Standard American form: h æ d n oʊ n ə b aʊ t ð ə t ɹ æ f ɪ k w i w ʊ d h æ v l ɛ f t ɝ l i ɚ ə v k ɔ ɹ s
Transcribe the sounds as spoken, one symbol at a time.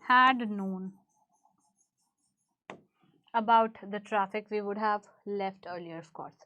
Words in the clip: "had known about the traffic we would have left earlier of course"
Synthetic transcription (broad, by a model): h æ d n oʊ n ə b aʊ t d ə t ɹ æ f ɪ k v i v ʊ d h æ v l ɛ f t ɝ l i ɚ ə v k ɔ ɹ s